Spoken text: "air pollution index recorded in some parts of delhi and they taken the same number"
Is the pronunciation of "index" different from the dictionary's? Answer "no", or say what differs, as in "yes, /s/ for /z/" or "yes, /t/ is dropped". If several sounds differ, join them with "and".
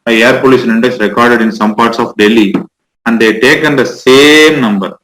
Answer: no